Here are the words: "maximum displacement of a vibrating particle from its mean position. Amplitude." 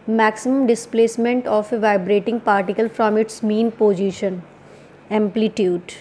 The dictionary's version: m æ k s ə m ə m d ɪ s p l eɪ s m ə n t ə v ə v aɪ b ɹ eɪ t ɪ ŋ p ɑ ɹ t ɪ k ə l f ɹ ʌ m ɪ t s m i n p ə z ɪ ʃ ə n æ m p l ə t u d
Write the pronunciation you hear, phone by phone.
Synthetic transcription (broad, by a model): m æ k s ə m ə m d ɪ s p l eɪ s m ə n t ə f ə v aɪ b ɹ eɪ t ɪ ŋ p ɑ ɹ t ɪ k ə l f ɹ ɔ m ɪ t s m i n p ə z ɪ ʃ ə n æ m p l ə t u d